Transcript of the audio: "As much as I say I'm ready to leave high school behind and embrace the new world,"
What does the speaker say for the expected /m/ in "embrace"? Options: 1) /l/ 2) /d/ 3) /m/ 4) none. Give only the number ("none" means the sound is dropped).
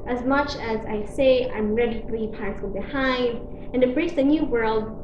4